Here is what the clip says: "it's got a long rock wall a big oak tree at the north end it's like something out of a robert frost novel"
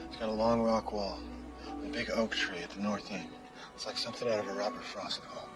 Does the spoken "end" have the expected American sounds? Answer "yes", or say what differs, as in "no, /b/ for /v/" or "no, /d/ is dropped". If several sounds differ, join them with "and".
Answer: no, /d/ is dropped